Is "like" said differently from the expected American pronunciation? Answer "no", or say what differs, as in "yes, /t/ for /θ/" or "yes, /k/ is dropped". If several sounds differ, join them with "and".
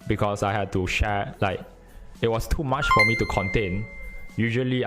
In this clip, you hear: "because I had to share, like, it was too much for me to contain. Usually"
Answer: no